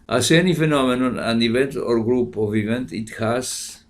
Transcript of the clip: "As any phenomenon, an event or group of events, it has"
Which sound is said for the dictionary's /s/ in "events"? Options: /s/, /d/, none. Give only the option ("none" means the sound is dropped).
none